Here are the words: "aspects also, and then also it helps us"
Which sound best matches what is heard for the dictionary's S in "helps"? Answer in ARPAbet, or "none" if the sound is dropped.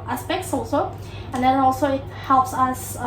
S